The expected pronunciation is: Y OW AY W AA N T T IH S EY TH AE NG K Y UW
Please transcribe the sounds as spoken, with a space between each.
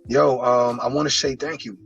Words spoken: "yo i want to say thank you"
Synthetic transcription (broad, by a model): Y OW AY W AA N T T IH S EY TH AE NG K Y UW